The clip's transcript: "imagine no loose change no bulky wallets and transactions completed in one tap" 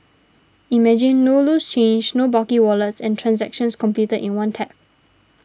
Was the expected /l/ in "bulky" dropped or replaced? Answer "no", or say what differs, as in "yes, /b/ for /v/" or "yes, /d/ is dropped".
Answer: yes, /l/ is dropped